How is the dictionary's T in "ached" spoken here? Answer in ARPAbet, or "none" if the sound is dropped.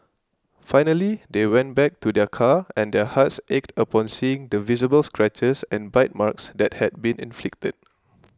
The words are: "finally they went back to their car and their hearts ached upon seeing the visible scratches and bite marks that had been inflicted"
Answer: T